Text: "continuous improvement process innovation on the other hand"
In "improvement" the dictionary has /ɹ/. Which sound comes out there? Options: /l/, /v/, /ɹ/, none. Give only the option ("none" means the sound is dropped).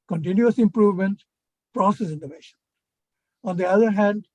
/ɹ/